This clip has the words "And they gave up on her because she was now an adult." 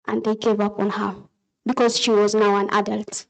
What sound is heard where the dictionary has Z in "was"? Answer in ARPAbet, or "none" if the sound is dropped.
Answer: Z